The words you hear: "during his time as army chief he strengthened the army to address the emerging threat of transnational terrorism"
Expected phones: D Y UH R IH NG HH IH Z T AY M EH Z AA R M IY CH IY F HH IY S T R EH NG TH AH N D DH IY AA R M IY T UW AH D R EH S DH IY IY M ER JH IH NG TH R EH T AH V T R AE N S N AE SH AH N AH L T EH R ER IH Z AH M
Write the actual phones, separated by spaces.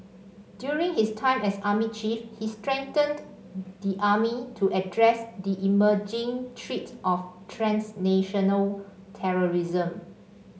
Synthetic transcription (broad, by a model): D Y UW R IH NG HH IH S T AY M EH S AA M IY CH IY F HH IY S T R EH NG T AH N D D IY AA M IY T UW AH D R EH S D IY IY M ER JH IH NG T R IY T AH F T R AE N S N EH SH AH N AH L T EH R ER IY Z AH M